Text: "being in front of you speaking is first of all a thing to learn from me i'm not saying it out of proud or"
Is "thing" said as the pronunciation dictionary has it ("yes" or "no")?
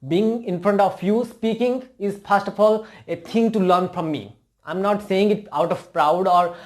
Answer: no